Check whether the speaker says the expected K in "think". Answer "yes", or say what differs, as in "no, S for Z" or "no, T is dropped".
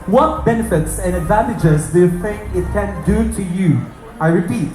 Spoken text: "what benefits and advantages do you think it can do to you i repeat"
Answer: no, K is dropped